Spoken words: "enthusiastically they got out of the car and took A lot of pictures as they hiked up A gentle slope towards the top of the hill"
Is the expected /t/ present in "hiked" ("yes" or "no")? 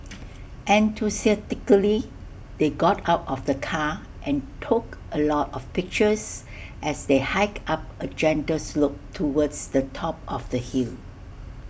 no